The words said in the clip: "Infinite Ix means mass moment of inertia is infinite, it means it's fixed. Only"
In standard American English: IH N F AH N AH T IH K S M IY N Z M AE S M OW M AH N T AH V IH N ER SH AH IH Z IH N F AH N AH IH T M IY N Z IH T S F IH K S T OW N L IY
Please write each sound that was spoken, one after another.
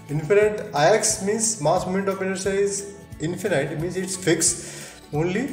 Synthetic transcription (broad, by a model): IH N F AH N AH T IH K S M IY N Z M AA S M OW M AH N T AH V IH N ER S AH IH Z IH N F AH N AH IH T M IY N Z IH T S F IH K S OW N L IY